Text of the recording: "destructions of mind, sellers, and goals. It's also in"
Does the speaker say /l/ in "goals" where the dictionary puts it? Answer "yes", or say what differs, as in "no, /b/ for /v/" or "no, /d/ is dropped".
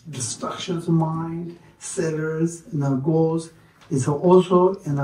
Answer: yes